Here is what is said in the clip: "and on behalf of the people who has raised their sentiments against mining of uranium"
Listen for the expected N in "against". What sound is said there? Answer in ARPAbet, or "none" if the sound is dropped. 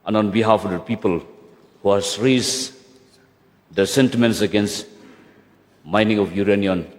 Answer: N